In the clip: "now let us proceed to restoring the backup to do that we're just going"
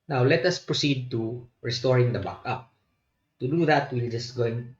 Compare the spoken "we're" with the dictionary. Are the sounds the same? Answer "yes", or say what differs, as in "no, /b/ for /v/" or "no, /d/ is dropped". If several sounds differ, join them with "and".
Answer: no, /l/ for /ɹ/